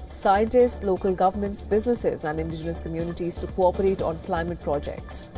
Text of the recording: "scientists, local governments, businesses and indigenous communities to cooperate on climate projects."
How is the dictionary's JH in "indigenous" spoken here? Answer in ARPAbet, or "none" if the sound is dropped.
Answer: JH